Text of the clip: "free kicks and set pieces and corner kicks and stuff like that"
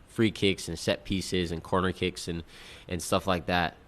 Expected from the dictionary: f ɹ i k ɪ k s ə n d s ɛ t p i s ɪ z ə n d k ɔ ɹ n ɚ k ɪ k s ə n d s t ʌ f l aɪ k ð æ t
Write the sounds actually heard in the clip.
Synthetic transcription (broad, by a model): f ɹ i k ɪ k s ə n s ɛ t p i s ɪ z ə n k ɔ ɹ n ɚ k ɪ k s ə n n s t ʌ f l aɪ k ð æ t